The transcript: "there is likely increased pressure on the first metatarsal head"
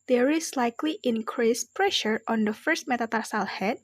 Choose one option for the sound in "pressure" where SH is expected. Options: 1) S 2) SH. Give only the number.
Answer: 2